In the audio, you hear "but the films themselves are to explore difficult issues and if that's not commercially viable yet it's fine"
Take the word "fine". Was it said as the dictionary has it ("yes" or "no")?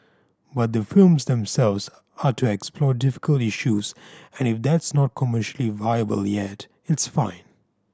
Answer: yes